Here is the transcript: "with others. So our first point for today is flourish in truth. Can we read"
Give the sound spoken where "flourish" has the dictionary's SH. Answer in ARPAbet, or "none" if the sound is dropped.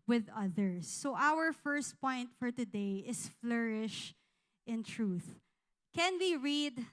SH